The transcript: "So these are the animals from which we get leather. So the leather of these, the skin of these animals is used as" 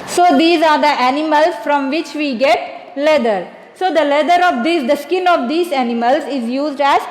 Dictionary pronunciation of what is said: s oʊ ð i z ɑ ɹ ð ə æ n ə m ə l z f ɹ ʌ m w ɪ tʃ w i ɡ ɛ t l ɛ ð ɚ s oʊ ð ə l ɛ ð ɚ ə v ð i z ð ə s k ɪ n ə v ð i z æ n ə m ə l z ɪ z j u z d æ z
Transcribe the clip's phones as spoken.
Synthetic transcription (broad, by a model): s oʊ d i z ɑ ɹ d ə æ n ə m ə l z f ɹ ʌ m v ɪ tʃ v i ɡ ɛ t l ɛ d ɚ s oʊ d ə l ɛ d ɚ ə v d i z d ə s k ɪ n ə v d i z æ n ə m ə l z ɪ z j u z d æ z